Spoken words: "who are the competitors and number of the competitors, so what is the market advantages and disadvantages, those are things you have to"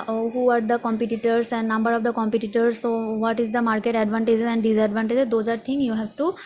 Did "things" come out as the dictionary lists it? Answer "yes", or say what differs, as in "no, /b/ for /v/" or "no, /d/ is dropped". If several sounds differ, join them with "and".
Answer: no, /t/ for /θ/ and /z/ is dropped